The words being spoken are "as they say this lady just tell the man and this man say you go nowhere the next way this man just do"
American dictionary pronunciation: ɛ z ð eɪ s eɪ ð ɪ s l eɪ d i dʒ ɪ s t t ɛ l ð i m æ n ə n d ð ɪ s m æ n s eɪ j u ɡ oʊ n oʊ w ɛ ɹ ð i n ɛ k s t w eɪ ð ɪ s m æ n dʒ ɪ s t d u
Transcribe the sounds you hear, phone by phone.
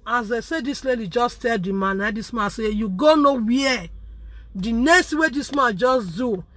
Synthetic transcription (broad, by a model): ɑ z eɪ s eɪ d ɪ s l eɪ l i dʒ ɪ s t t ɛ l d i m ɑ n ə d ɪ s m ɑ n s eɪ j u ɡ oʊ n oʊ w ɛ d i n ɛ s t w eɪ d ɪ s m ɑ n dʒ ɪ s d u